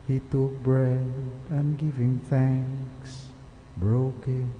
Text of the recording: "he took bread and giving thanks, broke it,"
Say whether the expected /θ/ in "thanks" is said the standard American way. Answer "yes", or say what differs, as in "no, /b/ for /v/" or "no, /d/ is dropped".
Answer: yes